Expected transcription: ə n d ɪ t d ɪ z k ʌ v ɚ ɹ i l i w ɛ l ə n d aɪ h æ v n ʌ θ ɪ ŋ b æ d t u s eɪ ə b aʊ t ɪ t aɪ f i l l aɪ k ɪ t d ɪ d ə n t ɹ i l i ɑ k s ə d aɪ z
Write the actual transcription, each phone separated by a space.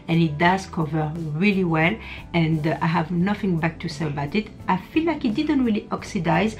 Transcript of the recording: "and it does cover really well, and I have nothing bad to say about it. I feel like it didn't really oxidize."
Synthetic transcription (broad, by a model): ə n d ɪ t d ɪ z k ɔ v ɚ ɹ i l i w ɛ l ə n d aɪ h æ v n ʌ θ ɪ ŋ b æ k t u s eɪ ə b aʊ t ɪ t aɪ f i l l aɪ k ɪ t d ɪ d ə n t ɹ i l i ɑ k s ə d aɪ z